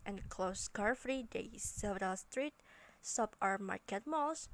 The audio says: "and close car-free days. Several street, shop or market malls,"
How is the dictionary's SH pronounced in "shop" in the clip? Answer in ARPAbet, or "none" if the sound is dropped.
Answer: S